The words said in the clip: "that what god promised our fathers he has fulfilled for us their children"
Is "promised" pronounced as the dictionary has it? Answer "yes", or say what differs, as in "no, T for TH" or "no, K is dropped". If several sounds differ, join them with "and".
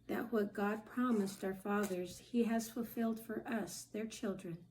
yes